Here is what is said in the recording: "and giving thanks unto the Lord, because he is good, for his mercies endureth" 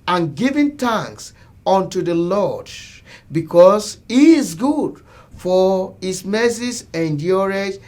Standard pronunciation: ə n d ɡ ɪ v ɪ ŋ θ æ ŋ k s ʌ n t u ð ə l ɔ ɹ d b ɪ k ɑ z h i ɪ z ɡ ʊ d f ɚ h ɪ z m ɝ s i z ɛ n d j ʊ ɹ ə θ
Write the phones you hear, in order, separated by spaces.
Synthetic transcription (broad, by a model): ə n ɡ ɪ v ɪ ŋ t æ ŋ k s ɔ n t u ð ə l ɔ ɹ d b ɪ k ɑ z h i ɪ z ɡ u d f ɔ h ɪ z m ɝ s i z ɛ n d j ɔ ɹ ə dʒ